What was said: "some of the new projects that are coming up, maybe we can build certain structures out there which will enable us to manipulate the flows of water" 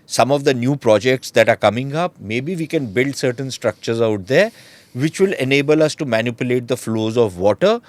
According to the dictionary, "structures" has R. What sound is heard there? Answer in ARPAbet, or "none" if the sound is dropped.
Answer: R